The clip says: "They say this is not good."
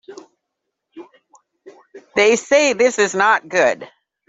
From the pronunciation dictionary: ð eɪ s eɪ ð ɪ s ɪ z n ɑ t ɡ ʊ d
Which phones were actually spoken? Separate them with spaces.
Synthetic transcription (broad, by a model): ð eɪ s eɪ ð ɪ s ɪ z n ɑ t ɡ ʊ d